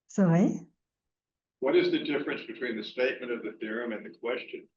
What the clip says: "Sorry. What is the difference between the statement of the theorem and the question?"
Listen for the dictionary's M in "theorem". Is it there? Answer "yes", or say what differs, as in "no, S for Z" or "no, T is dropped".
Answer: yes